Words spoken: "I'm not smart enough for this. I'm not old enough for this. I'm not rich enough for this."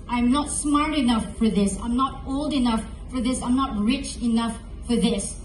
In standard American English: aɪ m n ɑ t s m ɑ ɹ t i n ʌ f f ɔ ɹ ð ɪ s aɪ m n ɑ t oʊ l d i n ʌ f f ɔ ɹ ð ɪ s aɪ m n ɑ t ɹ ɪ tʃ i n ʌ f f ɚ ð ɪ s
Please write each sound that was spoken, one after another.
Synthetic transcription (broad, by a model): aɪ m n ɑ t s m ɑ ɹ t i n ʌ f f ɔ ɹ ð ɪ s aɪ m n ɑ t oʊ l d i n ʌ f f ɔ ɹ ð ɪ s aɪ m n ɑ t ɹ ɪ tʃ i n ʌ f f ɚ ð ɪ s